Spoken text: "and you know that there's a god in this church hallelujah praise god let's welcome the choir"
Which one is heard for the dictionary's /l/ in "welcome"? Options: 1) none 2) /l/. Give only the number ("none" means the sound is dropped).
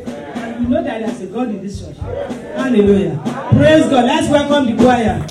2